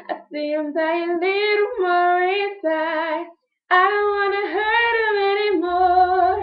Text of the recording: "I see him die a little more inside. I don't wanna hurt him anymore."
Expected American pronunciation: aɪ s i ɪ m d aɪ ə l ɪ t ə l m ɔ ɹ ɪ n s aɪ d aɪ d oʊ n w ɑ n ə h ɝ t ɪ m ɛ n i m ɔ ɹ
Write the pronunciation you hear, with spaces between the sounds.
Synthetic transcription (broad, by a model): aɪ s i ɪ m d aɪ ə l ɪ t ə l m ɔ ɹ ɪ s aɪ aɪ d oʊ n w ɑ n ə h ɝ t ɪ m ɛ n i m ɔ ɹ